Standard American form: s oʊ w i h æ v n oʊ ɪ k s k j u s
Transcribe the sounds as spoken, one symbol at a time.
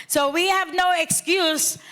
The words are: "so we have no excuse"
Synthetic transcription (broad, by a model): s oʊ w i h æ v n oʊ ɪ k s k j u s